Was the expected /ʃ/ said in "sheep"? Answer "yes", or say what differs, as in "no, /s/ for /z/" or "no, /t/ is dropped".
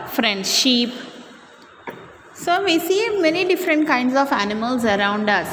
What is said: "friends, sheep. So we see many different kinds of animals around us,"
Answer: yes